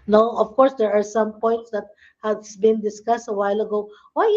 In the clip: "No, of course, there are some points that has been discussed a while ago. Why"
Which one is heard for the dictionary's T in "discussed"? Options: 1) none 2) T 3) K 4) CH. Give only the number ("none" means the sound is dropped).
2